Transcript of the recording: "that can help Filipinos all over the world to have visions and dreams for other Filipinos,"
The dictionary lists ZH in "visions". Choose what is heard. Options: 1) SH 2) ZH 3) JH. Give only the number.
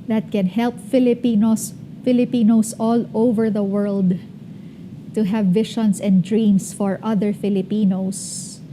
1